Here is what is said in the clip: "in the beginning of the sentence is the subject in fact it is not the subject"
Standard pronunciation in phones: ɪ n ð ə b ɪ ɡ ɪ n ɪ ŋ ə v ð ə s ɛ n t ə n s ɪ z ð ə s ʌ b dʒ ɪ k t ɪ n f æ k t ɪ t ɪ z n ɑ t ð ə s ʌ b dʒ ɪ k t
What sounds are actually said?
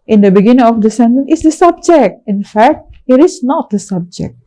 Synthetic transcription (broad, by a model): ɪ n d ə b ɪ ɡ ɪ n ɪ ŋ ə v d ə s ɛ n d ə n ɪ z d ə s ʌ b dʒ ɪ k t ɪ n f æ k t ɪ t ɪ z n ɑ t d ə s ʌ b dʒ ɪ k t